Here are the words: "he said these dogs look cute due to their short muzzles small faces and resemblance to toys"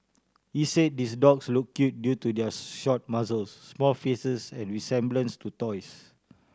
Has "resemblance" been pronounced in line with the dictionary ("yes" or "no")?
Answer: no